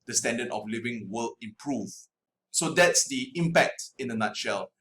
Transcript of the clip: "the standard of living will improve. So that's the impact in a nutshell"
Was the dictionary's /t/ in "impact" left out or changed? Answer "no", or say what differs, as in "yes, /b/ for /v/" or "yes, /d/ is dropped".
no